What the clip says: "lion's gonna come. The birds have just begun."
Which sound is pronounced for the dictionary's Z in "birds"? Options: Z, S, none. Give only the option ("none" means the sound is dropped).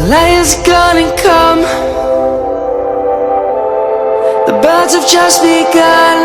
Z